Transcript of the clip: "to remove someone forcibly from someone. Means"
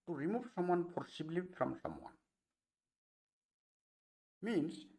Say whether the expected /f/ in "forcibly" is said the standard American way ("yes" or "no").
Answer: no